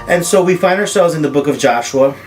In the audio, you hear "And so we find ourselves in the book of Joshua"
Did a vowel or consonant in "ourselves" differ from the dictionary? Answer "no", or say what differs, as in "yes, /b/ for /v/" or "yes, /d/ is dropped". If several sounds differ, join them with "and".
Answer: no